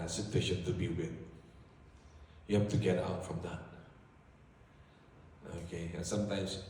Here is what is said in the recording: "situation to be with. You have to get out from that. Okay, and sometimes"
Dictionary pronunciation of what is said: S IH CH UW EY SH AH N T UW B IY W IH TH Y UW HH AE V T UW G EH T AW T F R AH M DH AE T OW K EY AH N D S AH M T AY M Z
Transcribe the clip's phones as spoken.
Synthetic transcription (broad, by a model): S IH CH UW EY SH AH N T UW B IY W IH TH Y UW HH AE F T UW G EH T AW T F R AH M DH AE T OW K EY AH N S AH M T AY M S